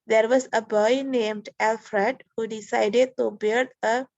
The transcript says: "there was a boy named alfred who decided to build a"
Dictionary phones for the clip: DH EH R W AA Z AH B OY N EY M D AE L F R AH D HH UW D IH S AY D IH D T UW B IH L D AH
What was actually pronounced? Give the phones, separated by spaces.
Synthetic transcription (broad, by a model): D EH R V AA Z AH B OY N EY M D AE L F R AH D HH UW D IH S AY D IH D T UW B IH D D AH